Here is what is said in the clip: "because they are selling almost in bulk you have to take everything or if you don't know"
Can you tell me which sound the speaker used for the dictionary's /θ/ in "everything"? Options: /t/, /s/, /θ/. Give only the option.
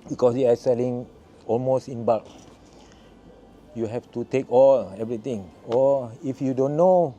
/t/